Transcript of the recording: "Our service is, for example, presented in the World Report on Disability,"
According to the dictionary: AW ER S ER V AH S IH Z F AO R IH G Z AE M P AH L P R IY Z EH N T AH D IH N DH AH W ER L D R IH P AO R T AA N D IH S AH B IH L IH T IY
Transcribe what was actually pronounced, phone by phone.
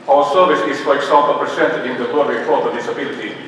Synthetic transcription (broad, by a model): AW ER S ER V AH S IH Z F AO R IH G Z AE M P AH L P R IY S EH N T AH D IH N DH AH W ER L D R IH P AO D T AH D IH S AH B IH L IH T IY